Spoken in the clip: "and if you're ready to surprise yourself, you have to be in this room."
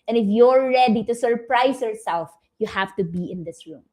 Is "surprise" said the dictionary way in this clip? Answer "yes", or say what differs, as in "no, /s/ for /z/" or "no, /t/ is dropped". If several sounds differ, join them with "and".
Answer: no, /s/ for /z/